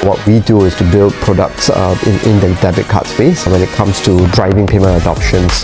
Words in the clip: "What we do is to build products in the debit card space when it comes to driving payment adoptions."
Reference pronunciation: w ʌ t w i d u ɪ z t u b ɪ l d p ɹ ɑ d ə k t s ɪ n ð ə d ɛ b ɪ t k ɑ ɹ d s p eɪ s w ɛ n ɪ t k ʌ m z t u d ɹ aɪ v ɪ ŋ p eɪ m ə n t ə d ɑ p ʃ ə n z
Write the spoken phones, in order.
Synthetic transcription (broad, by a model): w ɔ t w i d u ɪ s t u b ɪ l d p ɹ ɑ d ə k t s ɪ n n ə d ɛ b ɪ t k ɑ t s p eɪ s w ɛ n ɪ t k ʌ m s t u d ɹ aɪ v ɪ ŋ p eɪ m ə n t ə d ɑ p ʃ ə n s